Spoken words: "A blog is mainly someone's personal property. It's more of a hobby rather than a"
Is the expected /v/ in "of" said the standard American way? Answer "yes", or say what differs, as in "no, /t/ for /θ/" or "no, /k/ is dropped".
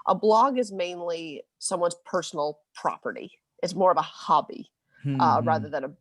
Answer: yes